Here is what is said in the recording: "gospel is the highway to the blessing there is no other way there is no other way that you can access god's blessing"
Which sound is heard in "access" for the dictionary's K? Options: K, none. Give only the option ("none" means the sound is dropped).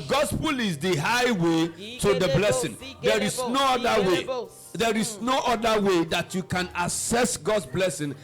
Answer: none